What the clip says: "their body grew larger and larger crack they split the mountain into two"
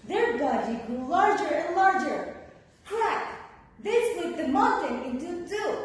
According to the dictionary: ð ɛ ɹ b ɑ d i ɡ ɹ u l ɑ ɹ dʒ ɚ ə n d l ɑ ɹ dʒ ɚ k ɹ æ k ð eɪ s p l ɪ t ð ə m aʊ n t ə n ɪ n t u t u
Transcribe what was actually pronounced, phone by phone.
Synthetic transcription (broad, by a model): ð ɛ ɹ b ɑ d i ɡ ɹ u l ɑ ɹ dʒ ɚ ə n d l ɑ ɹ dʒ ɚ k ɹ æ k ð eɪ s l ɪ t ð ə m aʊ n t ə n ɪ n t u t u